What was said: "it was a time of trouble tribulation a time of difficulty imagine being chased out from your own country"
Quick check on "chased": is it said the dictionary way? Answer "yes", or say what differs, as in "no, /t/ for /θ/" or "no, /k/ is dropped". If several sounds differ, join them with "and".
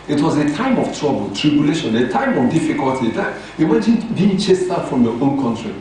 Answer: yes